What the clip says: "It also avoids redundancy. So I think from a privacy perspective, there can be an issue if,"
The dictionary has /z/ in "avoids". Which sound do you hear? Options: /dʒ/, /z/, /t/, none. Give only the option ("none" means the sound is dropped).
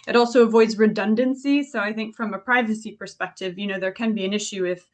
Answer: /z/